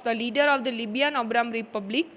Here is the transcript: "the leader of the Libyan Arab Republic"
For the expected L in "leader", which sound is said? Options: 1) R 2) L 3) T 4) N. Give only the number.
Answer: 2